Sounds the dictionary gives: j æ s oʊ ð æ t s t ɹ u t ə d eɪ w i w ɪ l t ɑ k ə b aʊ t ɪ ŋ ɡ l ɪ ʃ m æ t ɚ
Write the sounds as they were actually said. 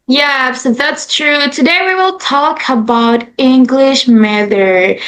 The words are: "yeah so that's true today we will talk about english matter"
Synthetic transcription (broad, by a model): j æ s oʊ ð æ t s t ɹ u t ə d eɪ w i w ɪ l t ɑ k ə b aʊ t ɪ ŋ ɡ l ɪ ʃ m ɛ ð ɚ